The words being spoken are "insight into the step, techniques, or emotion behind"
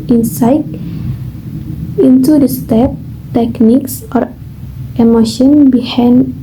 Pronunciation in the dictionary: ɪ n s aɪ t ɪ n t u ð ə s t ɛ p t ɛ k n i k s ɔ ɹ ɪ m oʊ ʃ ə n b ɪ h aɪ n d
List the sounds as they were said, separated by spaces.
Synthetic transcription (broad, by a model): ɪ n s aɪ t ɪ n t u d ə s t ɛ p t ɛ k n i k s ɔ ɹ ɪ m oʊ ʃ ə n b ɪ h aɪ n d